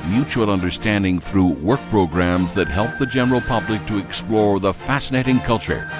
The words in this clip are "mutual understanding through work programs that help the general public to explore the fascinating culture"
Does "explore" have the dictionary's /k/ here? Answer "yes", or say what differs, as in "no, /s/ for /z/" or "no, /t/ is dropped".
yes